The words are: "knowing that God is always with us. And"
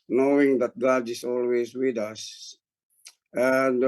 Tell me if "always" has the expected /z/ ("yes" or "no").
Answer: no